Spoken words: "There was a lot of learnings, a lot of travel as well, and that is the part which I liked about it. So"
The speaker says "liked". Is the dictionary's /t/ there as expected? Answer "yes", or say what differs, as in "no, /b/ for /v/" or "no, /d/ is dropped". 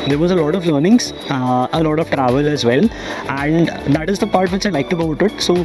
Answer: yes